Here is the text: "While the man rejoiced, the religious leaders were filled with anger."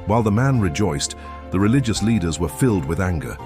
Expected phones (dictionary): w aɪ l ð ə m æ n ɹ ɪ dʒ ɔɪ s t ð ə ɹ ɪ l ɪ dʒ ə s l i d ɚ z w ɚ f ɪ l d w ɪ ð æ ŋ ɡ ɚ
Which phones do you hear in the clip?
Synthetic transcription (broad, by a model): w aɪ l ð ə m æ n ɹ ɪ dʒ ɔɪ s ð ə ɹ ɪ l ɪ dʒ ə s l i d ɚ z w ɚ f ɪ l d w ɪ ð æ ŋ ɡ ɚ